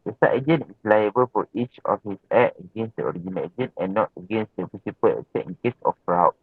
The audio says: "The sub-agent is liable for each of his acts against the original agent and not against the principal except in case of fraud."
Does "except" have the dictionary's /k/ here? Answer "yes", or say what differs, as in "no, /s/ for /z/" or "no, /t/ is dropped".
no, /k/ is dropped